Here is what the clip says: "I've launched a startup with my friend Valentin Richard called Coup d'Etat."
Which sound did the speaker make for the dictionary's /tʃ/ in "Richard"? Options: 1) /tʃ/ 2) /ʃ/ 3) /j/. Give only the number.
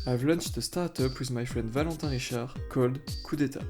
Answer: 2